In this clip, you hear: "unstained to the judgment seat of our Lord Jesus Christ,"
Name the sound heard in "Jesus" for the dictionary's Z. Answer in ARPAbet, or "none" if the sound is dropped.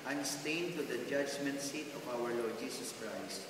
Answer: S